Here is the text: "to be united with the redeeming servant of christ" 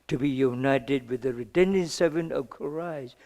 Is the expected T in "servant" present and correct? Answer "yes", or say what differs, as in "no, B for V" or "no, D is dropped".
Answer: no, T is dropped